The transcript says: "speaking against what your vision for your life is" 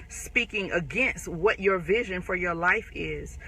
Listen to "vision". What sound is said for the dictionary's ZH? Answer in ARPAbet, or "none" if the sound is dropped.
ZH